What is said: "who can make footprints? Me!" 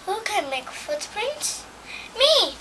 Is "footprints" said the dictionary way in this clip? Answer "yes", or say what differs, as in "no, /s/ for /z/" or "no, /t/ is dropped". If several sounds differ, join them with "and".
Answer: no, /s/ is dropped